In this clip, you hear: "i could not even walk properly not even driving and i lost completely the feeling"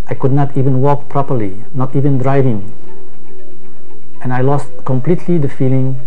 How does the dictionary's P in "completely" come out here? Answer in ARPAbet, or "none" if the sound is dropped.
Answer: P